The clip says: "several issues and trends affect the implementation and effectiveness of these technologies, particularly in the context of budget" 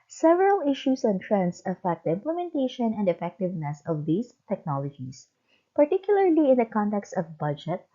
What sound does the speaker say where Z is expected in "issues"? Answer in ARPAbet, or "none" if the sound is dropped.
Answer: S